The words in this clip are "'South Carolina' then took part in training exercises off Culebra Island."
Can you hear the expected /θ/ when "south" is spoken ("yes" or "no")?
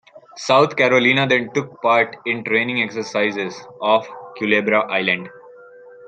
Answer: no